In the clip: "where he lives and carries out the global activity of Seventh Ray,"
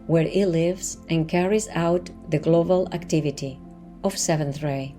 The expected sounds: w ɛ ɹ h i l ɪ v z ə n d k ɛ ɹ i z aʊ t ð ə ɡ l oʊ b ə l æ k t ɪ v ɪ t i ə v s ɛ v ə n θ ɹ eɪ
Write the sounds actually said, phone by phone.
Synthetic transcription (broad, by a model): w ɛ ɹ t l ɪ v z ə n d k ɛ ɹ i z aʊ t ð ə ɡ l oʊ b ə l æ k t ɪ v ɪ t i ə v s ɛ v ə n θ ɹ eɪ